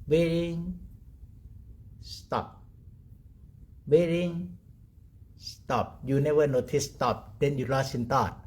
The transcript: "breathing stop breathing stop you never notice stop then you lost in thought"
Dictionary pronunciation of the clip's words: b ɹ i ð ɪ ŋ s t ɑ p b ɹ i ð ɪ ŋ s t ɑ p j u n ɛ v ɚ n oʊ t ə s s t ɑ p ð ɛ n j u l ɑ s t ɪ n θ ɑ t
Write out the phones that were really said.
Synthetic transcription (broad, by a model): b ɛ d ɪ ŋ s t ɑ p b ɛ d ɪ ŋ s t ɑ p j u n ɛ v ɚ n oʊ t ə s s t ɑ p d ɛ n j u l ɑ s ɪ n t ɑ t